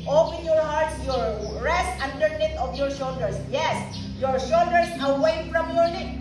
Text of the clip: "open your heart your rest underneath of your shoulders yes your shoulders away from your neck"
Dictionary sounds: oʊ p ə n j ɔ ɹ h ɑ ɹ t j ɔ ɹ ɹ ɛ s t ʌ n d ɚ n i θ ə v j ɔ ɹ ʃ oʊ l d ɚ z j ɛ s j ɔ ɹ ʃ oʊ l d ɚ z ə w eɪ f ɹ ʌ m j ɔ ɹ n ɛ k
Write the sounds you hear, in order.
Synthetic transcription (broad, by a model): oʊ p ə n j ɔ ɹ h ɑ ɹ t j ɔ ɹ ɹ ɛ s t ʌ n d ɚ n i t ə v j ɔ ɹ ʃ oʊ l d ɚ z j ɛ s j ɔ ɹ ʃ oʊ l d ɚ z ə w eɪ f ɹ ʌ m j ɔ ɹ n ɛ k